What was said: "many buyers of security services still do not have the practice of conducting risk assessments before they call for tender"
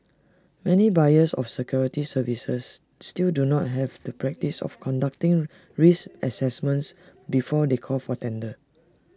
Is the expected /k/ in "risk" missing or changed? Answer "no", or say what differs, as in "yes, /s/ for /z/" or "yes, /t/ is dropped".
yes, /k/ is dropped